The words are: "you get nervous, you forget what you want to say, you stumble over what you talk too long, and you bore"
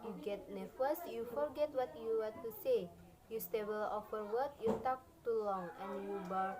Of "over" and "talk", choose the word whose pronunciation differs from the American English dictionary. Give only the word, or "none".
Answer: over